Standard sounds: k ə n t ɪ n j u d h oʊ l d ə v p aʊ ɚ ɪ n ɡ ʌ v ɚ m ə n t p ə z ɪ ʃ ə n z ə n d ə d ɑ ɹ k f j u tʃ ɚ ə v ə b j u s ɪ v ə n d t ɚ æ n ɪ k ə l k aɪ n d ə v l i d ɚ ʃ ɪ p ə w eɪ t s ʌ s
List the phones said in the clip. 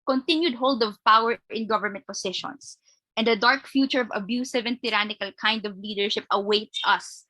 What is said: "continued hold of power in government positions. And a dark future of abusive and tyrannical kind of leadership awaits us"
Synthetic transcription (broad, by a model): k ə n t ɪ n j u d h oʊ l d ə v p aʊ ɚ ɪ n ɡ ʌ v ɚ m ə n t p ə s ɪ ʃ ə n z ə n d ə d ɑ ɹ k f j u tʃ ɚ ə v ə b j u s ɪ v ə n d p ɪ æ n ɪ k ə l k aɪ n d ə v l i d ɚ ʃ ɪ p ə w eɪ t s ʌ s